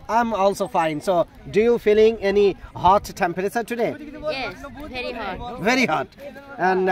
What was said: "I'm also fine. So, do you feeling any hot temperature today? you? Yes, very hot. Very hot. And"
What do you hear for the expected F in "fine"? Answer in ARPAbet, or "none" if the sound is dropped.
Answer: F